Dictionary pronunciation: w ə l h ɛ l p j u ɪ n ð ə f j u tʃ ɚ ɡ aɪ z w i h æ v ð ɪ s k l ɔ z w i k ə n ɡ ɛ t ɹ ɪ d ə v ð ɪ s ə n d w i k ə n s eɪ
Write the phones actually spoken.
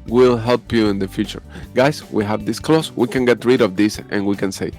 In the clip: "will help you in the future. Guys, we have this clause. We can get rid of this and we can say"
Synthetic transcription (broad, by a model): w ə l h ɛ l p j u ɪ n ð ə f j u tʃ ɚ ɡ aɪ s w i h æ v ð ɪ s k l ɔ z w i k ə n ɡ ɛ t ɹ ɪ d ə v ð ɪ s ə n w i k ə n s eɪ